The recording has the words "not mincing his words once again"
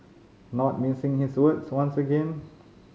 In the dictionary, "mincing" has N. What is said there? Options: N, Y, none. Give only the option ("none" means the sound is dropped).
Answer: none